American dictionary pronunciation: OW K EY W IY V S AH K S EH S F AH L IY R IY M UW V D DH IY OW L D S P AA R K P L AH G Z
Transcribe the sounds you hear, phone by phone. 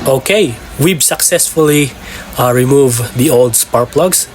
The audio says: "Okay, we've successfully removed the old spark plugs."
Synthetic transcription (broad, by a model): OW K EY W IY B S AH K S EH S F AH L IY R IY M UW V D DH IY OW L D S P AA R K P L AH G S